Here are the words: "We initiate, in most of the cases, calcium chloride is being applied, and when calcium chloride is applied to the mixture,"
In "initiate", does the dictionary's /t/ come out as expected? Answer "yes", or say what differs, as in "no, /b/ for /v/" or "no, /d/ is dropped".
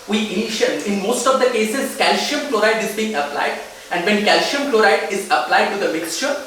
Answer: no, /t/ is dropped